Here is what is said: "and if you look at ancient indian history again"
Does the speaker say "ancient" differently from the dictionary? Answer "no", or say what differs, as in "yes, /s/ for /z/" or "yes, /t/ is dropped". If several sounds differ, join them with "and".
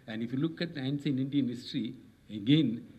yes, /s/ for /ʃ/ and /t/ is dropped